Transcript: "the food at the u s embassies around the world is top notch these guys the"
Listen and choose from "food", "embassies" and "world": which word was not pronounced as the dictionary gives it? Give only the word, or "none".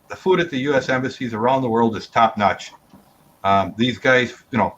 none